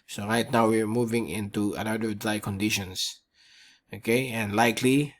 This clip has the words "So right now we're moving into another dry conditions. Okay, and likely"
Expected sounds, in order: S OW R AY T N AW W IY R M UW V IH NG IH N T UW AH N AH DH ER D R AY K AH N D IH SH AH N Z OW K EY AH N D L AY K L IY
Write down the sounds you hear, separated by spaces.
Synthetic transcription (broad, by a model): S OW R AY T N AW W IY R M UW V IH NG IH N T UW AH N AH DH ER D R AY K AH N D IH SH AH N S OW K EY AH N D L AY K L IY